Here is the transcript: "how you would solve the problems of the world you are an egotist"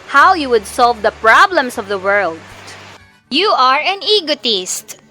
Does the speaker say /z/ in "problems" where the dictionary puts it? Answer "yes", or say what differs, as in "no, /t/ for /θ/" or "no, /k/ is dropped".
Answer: no, /s/ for /z/